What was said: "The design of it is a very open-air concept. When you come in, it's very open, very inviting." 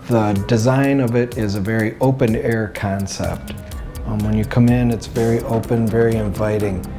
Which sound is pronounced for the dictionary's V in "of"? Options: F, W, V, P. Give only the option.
V